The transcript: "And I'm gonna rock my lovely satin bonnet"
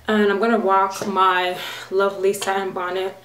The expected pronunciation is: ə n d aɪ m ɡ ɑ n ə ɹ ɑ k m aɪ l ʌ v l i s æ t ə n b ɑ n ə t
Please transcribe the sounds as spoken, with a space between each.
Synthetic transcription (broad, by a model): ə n aɪ m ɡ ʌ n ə w ɑ k m aɪ l ʌ v l i s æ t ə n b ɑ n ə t